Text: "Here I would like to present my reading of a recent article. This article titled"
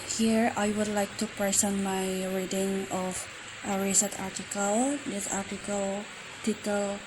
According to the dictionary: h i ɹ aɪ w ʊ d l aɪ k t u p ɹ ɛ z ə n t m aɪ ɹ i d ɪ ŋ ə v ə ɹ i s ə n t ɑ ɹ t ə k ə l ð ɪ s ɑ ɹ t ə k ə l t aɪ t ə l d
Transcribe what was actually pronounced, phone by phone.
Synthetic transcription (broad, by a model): h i ɹ aɪ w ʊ d l aɪ k t u p ɹ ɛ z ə n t m aɪ ɹ i d ɪ ŋ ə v ə ɹ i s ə t ɑ ɹ t ə k ə l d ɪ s ɑ ɹ t ə k ə l t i t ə l